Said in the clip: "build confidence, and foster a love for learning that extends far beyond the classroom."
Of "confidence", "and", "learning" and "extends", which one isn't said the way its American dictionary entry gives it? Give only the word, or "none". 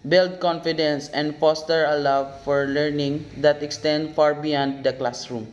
extends